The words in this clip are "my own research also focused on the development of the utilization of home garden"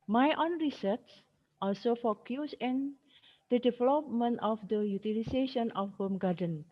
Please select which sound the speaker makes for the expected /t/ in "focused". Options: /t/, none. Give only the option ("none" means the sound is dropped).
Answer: none